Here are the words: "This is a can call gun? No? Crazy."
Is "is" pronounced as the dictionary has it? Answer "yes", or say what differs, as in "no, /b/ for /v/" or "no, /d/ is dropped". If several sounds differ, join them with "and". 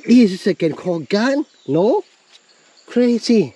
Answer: no, /s/ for /z/